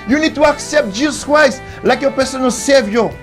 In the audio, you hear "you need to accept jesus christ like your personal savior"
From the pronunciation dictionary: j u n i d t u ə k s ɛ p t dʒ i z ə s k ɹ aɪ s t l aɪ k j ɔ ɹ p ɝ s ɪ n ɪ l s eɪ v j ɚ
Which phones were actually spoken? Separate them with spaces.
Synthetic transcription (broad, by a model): j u n i d t u ə k s ɛ p t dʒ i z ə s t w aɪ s l aɪ k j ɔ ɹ p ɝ s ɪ n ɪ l s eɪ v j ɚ